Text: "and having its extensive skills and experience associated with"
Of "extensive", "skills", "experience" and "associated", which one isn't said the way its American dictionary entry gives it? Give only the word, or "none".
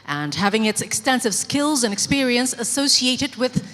none